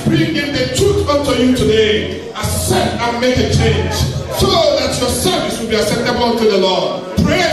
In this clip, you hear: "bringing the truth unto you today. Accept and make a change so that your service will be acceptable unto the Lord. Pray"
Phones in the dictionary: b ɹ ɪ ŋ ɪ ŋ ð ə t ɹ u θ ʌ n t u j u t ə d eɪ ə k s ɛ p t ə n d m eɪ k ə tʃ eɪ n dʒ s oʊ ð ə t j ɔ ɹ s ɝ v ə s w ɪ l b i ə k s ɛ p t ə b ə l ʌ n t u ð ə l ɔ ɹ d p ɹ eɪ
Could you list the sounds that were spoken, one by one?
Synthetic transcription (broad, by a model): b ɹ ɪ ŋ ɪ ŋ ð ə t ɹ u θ ʌ n t u j u t ə d eɪ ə s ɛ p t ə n m eɪ k ə tʃ eɪ n dʒ s oʊ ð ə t j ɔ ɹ s ɝ v ə s w ɪ l b i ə s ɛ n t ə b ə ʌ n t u ð ə l ɔ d p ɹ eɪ